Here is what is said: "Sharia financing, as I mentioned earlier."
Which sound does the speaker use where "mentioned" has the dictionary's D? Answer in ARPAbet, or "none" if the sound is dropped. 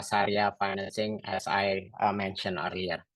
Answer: none